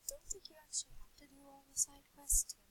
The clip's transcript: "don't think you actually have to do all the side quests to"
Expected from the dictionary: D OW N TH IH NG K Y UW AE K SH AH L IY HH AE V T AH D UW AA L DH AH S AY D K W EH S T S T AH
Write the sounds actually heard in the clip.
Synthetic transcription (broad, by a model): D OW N TH IH NG K Y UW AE K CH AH L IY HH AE F T AH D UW AA L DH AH S AY D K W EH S S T